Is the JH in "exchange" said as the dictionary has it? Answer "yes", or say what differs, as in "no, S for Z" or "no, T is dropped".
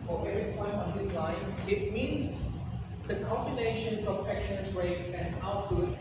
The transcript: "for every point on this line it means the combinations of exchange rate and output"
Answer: no, Z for JH